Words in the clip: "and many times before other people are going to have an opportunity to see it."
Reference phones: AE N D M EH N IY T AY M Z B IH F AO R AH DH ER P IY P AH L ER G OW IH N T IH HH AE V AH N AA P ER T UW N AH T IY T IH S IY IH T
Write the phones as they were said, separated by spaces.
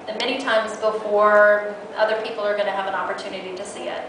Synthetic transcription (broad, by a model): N M EH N IY T AY M Z B IH F AO R AH DH ER P IY P L ER G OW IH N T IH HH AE V AH N AA P ER T UW N AH T IY T IH S IY IH T